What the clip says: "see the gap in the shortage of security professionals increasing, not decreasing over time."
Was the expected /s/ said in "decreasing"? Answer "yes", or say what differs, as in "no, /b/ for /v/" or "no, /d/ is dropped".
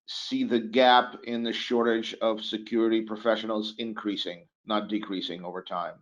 yes